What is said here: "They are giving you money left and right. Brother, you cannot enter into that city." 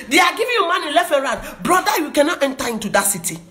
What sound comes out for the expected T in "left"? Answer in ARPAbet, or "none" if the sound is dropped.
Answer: none